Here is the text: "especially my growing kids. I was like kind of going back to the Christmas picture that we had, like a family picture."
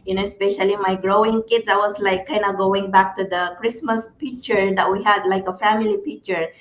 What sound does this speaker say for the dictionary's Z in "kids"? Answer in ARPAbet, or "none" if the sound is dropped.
S